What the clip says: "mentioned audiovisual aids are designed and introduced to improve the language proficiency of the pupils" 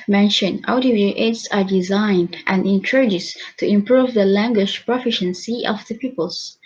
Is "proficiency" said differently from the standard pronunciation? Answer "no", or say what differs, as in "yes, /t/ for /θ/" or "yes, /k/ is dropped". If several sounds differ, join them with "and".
no